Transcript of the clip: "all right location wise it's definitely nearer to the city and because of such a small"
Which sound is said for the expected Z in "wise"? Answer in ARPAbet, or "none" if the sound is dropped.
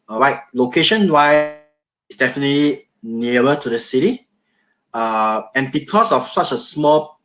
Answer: none